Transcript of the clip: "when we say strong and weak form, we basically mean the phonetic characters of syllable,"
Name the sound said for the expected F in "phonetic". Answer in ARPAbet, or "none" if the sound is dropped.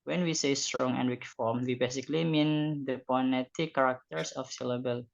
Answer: P